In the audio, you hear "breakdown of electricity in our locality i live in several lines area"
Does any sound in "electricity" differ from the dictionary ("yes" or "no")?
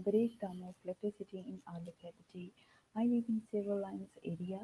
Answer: yes